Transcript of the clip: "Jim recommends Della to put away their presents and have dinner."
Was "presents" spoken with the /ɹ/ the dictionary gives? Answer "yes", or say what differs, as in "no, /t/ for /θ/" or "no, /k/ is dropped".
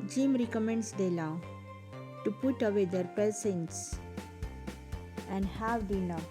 no, /ɹ/ is dropped